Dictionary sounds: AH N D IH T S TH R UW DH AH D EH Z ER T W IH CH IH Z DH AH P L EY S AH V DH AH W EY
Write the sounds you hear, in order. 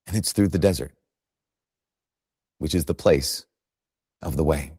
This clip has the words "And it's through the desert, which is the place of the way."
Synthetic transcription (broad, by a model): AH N IH T S TH R UW DH AH D EH Z ER T W IH CH IH Z DH AH P L EY S AH V DH AH W EY